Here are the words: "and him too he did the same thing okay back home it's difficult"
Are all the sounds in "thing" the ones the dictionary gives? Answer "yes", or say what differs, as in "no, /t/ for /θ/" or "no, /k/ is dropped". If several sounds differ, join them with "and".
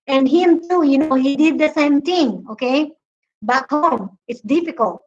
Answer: no, /t/ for /θ/